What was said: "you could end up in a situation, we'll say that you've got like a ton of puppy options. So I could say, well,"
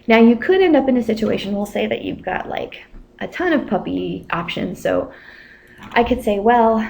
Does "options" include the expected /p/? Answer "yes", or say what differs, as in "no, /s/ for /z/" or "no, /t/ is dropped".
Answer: yes